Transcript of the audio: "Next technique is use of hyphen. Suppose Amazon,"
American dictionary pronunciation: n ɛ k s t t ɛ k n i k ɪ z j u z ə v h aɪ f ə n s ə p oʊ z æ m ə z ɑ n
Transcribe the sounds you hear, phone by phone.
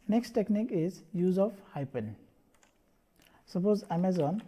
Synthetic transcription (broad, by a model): n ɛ k s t t ɛ k n i k ɪ z j u z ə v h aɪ p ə n s ə p oʊ z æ m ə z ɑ n